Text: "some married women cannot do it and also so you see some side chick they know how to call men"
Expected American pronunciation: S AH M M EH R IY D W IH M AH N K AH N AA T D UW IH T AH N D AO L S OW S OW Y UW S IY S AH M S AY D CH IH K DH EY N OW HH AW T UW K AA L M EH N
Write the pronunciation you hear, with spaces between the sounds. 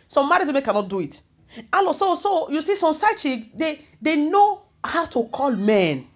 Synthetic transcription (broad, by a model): S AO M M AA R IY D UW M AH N K AH N AA T D UW IH T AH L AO S OW S OW Y UW S IY S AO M S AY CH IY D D EY N OW HH AW T UW K AA L M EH N